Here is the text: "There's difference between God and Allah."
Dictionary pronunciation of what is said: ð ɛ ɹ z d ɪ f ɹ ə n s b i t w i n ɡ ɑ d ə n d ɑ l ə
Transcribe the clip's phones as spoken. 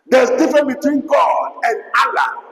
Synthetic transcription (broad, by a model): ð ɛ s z d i f ɹ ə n b i t w i n ɡ ɑ d ə n d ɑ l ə